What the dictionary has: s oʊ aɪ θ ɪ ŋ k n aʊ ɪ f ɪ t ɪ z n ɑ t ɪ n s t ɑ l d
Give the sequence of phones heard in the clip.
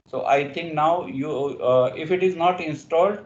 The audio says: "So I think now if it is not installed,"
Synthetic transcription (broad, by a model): s oʊ aɪ t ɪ ŋ k n aʊ ɪ f ɪ t ɪ z n ɑ t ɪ n s t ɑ l d